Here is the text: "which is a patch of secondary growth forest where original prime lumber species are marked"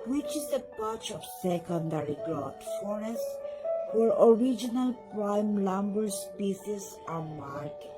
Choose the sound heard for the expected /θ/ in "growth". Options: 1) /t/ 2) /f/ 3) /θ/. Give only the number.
1